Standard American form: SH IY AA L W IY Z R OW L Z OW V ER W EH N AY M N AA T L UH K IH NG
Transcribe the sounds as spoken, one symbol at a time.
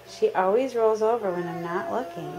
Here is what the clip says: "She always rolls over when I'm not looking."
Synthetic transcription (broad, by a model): SH IY AA L W IY Z R OW L Z OW V ER W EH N AY M N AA T L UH K IH NG